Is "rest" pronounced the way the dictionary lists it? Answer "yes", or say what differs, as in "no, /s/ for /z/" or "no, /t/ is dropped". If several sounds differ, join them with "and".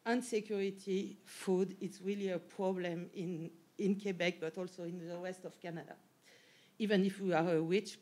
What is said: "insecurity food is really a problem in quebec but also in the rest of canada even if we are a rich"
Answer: no, /w/ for /ɹ/